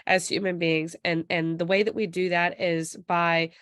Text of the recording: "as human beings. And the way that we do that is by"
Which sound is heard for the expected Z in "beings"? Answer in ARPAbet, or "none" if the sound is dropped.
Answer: Z